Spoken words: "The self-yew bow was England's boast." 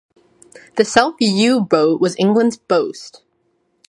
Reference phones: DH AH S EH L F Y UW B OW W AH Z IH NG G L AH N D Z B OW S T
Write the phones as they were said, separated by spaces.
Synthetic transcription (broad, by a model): DH AH S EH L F Y UW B OW W AH Z IH NG G L AH N D Z B OW S T